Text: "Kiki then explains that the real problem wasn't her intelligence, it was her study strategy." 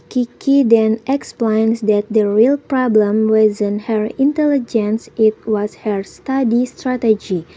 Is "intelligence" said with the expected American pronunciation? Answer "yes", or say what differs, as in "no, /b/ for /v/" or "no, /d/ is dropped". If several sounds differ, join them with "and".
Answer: yes